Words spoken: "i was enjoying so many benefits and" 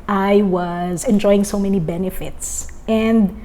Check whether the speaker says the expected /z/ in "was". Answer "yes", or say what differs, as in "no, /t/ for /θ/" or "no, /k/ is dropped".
yes